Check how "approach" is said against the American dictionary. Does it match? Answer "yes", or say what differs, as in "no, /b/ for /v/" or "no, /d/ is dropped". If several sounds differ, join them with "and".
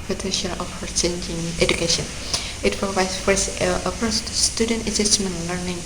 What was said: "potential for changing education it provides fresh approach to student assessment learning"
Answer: no, /s/ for /tʃ/